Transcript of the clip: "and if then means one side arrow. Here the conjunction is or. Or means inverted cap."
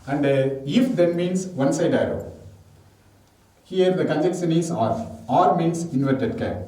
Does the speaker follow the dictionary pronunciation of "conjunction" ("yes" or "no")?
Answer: no